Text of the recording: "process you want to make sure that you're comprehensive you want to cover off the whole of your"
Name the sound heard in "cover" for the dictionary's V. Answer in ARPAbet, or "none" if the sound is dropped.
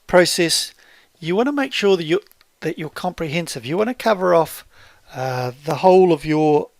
V